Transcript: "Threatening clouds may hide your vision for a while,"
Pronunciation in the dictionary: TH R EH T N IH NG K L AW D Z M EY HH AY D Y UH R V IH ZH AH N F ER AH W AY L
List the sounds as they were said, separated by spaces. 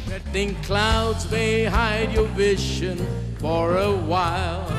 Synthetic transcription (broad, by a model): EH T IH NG K L AW D Z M EY HH AY D Y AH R V IH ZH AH N F ER AH W AY L